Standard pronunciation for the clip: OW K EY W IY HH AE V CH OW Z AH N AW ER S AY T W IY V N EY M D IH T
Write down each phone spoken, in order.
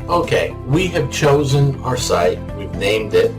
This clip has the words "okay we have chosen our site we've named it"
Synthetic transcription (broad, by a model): OW K EY W IY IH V CH OW Z AH N AW ER S AY T W IY V N EY M D IH T